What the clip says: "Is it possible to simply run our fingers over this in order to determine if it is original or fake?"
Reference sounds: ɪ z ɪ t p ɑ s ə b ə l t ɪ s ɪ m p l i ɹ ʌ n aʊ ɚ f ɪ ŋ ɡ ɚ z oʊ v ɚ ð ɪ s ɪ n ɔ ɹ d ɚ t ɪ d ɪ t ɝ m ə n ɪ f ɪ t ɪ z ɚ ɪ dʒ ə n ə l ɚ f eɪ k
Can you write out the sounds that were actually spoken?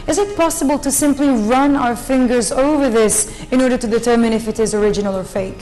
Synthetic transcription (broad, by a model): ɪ z ɪ t p ɑ s ə b ə l t ɪ s ɪ m p l i ɹ ʌ n aʊ ɚ f ɪ ŋ ɡ ɚ z oʊ v ɚ ð ɪ s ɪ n ɔ ɹ d ɚ t ɪ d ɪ t ɝ m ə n ɪ f ɪ t ɪ z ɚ ɪ dʒ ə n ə l ɚ f eɪ k